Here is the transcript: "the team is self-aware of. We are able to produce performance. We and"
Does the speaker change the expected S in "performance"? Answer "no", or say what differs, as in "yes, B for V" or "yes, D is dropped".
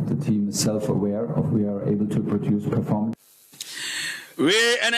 yes, S is dropped